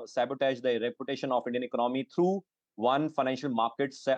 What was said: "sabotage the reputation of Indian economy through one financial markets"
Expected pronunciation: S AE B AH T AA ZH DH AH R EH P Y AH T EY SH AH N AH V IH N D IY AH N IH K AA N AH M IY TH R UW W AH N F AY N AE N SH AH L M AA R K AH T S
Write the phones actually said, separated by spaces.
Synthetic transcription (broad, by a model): S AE B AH T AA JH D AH R EH P Y AH T EY SH AH N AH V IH N D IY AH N IH K AA N AH M IY T R UW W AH N F AY N AE N SH AH L M AA R K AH T S